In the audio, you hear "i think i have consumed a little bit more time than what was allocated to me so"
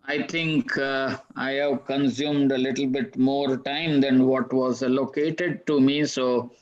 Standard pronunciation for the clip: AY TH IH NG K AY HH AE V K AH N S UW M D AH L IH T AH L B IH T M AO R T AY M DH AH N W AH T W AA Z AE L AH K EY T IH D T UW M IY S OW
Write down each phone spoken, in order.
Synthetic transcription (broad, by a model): AY T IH NG K AY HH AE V K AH N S UW M D AH L IH T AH L B IH T M AO R T AY M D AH N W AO T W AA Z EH L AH K EY T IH D T UW M IY S OW